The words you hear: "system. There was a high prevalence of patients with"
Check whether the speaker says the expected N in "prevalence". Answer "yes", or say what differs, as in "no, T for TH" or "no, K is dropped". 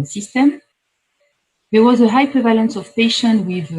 yes